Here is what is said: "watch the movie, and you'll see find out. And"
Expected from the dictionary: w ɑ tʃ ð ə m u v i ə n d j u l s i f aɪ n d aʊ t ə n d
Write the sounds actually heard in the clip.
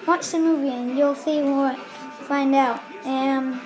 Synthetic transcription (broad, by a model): w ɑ tʃ ð ə m u v i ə n j u l s i f aɪ n d aʊ t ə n